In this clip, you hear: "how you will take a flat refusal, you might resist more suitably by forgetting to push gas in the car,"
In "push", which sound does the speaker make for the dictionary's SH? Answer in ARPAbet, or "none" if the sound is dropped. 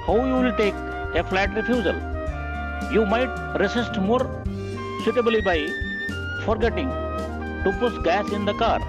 S